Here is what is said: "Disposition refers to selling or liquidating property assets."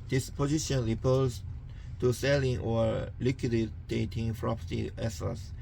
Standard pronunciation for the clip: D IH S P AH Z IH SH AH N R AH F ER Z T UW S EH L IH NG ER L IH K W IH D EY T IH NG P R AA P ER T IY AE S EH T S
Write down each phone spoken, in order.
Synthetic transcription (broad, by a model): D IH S P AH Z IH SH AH N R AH P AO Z T UW S EH L IH NG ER L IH K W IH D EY T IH NG F R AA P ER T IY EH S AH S